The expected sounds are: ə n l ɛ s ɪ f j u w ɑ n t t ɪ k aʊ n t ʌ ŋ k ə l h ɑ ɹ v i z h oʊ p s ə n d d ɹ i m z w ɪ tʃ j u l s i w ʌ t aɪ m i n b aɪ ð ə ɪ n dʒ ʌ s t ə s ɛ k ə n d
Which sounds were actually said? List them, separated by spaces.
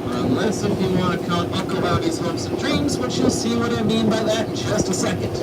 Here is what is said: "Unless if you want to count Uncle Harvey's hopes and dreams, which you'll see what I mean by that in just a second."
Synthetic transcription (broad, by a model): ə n l ɛ s ɪ f j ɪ w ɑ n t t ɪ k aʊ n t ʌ k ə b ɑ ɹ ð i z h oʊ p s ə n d d ɹ i m z w ɪ tʃ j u l s i w ʌ t aɪ m i n b aɪ ð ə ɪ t dʒ ʌ s t ə s ɛ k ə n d